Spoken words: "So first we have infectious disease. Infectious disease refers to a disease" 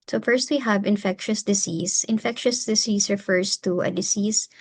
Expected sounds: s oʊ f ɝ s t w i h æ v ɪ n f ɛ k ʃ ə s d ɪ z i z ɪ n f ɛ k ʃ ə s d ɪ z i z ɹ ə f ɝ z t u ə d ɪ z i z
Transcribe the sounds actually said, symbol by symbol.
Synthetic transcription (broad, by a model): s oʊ f ɝ s t w i h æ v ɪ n f ɛ k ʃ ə s d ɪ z i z ɪ n f ɛ k ʃ ə s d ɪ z i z ɹ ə f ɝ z t u ə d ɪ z i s